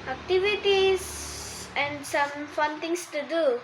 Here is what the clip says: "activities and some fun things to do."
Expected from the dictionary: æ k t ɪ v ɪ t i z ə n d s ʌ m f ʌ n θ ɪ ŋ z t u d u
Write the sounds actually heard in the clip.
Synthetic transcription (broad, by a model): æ k t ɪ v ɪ t i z ə n d s ʌ m f ʌ n t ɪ ŋ s t u d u